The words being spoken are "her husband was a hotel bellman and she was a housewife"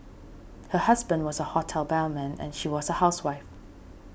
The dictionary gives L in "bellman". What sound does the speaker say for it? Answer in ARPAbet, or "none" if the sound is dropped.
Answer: N